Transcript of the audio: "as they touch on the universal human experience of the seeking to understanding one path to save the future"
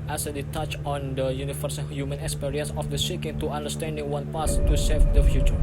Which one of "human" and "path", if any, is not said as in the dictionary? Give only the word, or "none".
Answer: path